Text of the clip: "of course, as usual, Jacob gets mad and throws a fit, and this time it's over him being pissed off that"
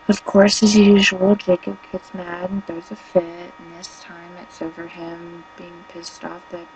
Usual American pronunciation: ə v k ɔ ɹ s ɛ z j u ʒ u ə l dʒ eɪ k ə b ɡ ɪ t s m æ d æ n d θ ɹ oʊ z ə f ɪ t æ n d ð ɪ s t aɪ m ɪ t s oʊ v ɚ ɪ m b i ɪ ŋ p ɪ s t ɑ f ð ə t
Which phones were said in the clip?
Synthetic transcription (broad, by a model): ə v k ɔ ɹ s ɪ z j u ʒ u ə l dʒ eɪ k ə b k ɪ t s m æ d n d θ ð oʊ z ə f ɪ t n ð ɪ s t aɪ m ɪ t s oʊ v ɚ ɪ m b i ɪ ŋ p ɪ s t ɑ f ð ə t